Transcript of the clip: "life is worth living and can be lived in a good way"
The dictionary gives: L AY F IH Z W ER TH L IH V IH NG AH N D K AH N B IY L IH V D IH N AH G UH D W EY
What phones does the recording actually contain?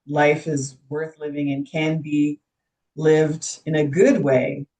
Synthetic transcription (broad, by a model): L AY F IH Z W ER TH L IH V IH NG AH N K AH N B IY L IH V D IH N AH G UH D W EY